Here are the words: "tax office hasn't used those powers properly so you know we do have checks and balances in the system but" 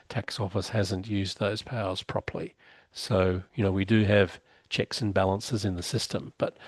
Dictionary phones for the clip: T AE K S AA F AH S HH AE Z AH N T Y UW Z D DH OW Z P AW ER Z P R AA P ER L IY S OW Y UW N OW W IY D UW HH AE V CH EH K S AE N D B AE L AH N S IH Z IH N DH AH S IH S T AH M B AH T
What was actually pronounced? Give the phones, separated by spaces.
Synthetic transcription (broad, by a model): T AE K S AA F AH S HH AE Z AH N T Y UW Z DH OW Z P AW ER Z P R AA P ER L IY S OW Y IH N OW W IY D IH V CH EH K S N B AE L AH N S IH Z IH N DH AH S IH S T AH M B AH T